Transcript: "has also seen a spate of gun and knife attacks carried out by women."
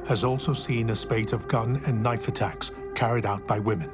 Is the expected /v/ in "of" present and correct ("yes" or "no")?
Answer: yes